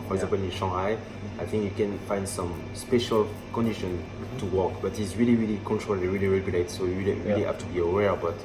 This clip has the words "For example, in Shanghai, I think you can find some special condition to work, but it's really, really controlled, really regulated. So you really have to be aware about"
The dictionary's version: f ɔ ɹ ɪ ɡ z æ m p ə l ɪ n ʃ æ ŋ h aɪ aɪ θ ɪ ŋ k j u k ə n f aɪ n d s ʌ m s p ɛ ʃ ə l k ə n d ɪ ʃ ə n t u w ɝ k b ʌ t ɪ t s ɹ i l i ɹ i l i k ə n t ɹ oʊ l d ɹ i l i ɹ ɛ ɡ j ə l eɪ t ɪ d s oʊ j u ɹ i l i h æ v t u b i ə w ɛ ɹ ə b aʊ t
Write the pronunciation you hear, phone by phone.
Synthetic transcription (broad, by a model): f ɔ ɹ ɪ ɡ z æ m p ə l ɪ n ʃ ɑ h aɪ aɪ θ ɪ ŋ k j u k ə n f aɪ n d s ʌ m s p ɛ ʃ ə l k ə n d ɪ ʃ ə n t u w ɝ k b ʌ t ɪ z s ɹ i l i ɹ i l i k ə n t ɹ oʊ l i ɹ i l i ɹ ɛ ɡ j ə l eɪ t s oʊ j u ɹ i l i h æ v t u b i ə w ɛ ɹ b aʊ t